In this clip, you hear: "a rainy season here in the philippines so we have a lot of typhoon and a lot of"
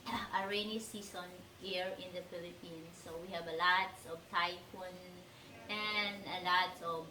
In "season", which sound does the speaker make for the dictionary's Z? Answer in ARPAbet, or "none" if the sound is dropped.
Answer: S